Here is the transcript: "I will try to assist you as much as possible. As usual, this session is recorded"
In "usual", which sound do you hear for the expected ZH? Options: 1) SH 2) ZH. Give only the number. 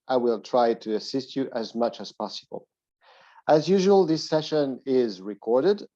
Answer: 2